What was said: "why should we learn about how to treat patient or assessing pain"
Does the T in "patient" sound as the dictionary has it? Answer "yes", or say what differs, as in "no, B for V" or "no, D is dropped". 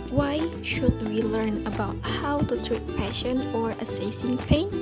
no, T is dropped